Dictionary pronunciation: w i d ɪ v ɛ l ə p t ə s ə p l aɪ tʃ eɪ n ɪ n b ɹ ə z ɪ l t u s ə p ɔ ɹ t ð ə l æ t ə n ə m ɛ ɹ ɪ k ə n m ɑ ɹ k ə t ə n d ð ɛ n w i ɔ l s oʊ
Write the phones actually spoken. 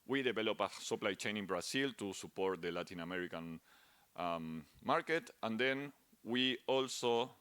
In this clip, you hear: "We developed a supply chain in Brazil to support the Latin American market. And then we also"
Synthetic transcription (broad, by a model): w i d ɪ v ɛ l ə p ə s ə p l aɪ tʃ eɪ n ɪ n b ɹ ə s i l t u s ə p ɔ ɹ t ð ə l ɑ t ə n ə m ɛ ɹ ɪ k ə n m ɑ ɹ k ə t ə n d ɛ n w i ɔ l s oʊ